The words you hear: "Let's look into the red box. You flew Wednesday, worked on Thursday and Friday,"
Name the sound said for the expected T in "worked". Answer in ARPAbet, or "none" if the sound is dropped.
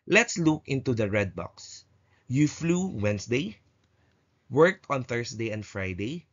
T